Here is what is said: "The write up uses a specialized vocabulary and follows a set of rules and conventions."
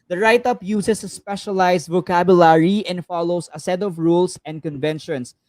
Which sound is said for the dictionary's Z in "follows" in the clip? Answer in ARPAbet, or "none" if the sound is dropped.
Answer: S